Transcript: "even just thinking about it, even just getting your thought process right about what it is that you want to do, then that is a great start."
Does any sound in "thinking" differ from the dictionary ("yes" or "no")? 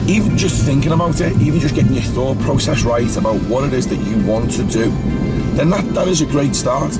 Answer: no